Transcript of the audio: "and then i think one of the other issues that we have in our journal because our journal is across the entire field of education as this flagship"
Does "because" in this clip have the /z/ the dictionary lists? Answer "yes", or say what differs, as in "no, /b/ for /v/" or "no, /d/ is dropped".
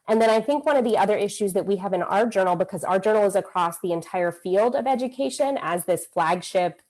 yes